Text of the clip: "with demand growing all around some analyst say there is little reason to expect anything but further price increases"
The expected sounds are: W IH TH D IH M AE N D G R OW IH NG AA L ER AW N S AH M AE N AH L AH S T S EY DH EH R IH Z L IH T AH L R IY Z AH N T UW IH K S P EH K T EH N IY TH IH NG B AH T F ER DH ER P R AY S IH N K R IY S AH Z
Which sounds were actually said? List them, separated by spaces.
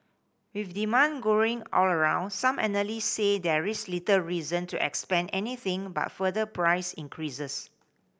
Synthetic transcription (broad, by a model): W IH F D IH M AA N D G OW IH NG AA L ER AW N S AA M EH N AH L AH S S EY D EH R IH S L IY T AH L R IY Z AH N T UW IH K S P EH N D EH N IY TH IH NG B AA T F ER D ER P R AY S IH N K R IY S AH S